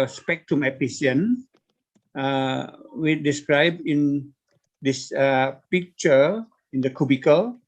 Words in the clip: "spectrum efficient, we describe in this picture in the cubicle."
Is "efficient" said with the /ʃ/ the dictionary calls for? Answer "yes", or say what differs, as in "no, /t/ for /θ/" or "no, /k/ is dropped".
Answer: no, /s/ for /ʃ/